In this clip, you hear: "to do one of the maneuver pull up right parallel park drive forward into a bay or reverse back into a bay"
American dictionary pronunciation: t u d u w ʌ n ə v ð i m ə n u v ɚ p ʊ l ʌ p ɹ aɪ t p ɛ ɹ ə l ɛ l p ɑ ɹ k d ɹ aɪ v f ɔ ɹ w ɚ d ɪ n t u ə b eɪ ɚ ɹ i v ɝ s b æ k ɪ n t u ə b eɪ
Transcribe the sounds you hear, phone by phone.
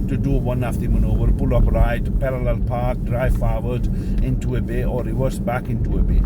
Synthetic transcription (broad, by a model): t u d u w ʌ n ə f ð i m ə n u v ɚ b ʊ l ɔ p ɹ aɪ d p ɛ ɹ ə l ɛ l p ɑ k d ɹ aɪ f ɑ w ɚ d ɪ n t u ə b eɪ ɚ ɹ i w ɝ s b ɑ k ɪ n t u ə b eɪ